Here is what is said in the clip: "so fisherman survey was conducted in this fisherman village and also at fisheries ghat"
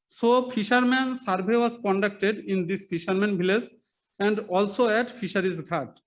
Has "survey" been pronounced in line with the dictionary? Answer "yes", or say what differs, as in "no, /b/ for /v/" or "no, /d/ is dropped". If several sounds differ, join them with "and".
no, /b/ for /v/